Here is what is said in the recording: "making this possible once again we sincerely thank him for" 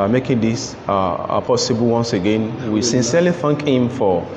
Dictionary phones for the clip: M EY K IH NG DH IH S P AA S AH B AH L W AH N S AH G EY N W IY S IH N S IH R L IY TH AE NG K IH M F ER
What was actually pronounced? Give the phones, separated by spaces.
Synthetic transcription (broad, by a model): M EY K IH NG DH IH S P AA S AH B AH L W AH N S AH G EY N W IY S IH N S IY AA L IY F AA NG K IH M F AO